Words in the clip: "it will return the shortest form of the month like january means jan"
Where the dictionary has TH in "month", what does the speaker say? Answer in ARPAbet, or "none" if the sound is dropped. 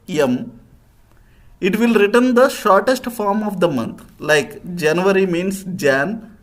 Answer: T